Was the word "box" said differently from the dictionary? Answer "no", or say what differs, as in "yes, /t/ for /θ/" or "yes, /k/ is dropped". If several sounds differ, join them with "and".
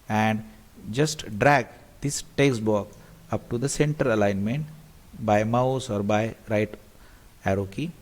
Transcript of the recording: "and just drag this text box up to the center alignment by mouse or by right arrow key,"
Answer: yes, /s/ is dropped